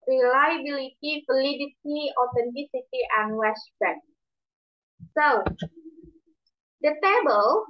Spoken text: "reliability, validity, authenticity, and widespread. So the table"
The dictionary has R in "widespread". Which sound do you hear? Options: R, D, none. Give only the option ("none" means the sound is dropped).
none